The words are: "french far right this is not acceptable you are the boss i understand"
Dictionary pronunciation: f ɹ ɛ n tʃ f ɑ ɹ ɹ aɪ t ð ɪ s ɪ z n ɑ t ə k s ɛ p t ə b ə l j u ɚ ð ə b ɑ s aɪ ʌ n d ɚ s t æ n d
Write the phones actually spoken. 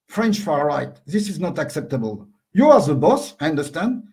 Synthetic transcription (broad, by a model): f ɹ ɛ n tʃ f ɑ ɹ ɹ aɪ t ð ɪ s ɪ z n ɑ t ə k s ɛ p t ə b ə l j u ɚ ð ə b ɑ s aɪ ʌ n d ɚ s t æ n d